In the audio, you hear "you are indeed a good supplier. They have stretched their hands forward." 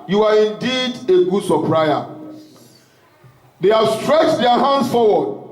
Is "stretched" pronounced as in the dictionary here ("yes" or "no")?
yes